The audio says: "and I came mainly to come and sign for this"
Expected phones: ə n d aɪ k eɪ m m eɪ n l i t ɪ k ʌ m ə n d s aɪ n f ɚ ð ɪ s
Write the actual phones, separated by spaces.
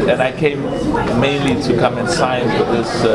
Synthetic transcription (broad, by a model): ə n aɪ k eɪ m m eɪ n l i t ɪ k ʌ m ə n s aɪ n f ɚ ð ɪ s